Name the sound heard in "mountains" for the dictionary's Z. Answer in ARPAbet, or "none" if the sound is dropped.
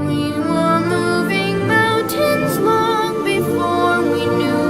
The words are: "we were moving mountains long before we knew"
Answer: Z